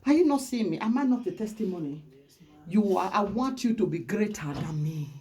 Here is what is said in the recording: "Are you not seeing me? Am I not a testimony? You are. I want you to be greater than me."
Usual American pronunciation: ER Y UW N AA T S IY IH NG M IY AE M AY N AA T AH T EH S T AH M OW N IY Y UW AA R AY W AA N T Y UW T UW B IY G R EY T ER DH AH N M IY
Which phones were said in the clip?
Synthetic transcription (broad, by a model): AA Y UW N AA T S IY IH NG M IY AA M AY N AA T AH T EH S T AH M OW N IY Y UW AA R AY W AA N T Y UW T UW B IY G R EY T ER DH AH N M IY